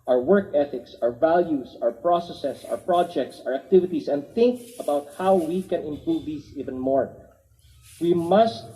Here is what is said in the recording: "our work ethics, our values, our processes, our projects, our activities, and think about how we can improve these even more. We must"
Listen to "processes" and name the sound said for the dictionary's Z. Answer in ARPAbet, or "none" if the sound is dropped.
S